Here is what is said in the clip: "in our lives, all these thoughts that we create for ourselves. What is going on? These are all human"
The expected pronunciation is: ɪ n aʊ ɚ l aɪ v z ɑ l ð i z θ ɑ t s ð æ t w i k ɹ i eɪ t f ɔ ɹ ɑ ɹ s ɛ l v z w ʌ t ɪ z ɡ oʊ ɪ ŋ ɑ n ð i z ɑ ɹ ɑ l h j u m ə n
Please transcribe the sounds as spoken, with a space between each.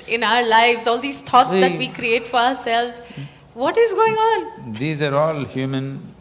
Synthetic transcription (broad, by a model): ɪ n aʊ ɚ l aɪ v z ɑ l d i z t ɑ t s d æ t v i k ɹ i eɪ t f ɔ ɹ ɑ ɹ s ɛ l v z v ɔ t ɪ z ɡ oʊ ɪ ŋ ɑ n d i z ɑ ɹ ɑ l h j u m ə n